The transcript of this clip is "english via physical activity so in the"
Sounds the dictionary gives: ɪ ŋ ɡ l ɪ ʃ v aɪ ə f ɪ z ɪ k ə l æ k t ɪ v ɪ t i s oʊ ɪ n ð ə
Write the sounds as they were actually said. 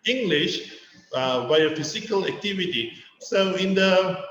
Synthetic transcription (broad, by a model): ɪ ŋ ɡ l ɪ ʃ b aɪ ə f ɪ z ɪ k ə l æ k t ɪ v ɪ t i s oʊ ɪ n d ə